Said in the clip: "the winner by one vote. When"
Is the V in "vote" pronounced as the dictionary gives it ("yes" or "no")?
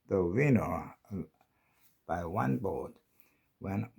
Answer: no